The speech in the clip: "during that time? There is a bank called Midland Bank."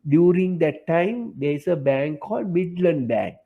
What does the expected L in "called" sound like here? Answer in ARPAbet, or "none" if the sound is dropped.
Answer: L